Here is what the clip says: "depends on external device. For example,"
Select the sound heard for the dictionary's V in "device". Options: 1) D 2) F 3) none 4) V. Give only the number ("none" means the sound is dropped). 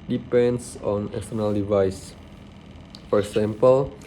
4